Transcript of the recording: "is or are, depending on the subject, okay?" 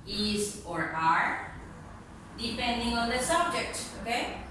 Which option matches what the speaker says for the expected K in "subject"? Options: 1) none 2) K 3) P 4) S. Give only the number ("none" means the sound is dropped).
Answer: 2